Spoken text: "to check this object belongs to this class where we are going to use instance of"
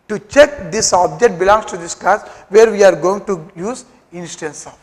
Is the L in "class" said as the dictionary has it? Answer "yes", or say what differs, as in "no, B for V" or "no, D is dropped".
no, L is dropped